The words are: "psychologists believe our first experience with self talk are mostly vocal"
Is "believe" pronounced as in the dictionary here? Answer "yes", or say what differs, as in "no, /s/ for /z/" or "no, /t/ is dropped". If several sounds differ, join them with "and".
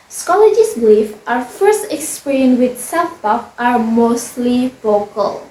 no, /f/ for /v/